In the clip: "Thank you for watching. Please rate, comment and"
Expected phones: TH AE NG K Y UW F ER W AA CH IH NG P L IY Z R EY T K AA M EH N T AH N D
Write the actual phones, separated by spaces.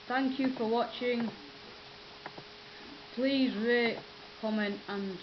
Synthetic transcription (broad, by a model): TH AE NG K Y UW F ER W AA CH IH NG P L IY Z R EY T K AA M EH N T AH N